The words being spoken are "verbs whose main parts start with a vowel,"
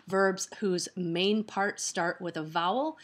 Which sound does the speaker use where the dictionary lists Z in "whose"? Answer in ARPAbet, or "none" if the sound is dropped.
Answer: Z